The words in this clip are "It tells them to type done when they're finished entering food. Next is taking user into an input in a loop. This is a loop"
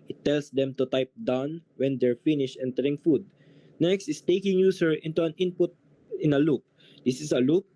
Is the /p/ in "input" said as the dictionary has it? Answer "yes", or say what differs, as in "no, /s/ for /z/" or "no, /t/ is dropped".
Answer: yes